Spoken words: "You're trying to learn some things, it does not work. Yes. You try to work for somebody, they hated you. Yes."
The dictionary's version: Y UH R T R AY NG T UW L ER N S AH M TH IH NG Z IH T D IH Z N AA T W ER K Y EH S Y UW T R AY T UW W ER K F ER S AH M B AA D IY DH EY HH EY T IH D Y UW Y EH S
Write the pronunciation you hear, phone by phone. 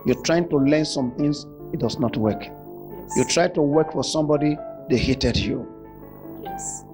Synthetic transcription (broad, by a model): Y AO T R AY NG T UW L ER N S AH M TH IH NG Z IH T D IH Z N AA T W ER K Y Y UW T R AY T UW W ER K F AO S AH M B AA D IY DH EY HH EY T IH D Y UW